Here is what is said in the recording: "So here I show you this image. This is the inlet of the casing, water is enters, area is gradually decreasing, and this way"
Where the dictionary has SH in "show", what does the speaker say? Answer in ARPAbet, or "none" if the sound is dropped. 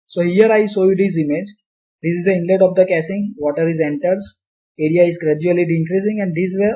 S